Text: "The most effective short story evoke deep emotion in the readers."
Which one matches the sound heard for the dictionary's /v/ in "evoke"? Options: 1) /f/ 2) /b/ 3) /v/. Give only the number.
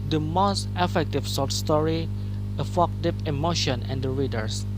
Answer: 1